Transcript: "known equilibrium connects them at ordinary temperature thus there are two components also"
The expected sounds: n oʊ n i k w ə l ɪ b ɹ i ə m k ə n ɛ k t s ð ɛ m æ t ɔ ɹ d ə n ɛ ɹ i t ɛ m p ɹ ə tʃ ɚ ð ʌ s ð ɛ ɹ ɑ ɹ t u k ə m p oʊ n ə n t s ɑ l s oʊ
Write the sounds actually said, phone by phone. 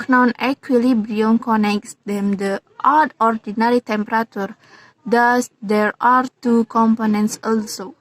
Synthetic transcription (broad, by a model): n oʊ n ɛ k w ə l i b ɹ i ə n k ə n ɛ k t s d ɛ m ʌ t ɔ ɹ d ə n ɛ ɹ i t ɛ m p ɹ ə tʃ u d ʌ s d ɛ ɹ ɑ ɹ t u k ə m p oʊ n ə n t s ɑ l s oʊ